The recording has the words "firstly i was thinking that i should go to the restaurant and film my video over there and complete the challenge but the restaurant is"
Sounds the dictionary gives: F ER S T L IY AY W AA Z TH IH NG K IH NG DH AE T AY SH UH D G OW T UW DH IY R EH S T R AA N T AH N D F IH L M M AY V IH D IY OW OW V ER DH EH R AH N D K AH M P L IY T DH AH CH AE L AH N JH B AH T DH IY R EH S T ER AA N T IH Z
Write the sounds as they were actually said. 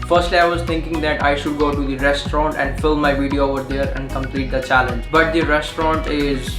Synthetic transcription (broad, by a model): F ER S T L IY AY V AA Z T IH NG K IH NG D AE T AY SH UH D G OW T UW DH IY R EH S T R AA N T AH N D F IH L M M AY V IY D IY OW OW V ER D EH R AH N D K AH M P L IY T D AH CH AE L AH N JH B AH T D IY R EH S T ER AA N T IH Z